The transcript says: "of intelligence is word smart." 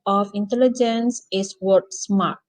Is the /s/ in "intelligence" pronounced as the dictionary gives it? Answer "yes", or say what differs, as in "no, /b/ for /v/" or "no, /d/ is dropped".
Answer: yes